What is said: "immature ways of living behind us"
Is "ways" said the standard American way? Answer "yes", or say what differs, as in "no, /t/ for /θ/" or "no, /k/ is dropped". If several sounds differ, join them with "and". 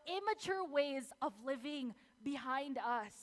yes